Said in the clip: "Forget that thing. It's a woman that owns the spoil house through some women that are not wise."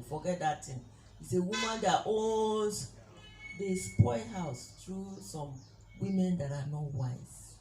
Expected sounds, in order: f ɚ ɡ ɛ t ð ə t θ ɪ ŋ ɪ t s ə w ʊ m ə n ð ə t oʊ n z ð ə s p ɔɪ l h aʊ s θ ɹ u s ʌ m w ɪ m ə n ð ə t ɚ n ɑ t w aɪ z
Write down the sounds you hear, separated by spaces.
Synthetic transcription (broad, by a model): f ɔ ɡ ɛ t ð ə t t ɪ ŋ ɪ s ə w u m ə n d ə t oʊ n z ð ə s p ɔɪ h aʊ s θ ɹ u s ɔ m w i m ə n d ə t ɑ n ɑ t w aɪ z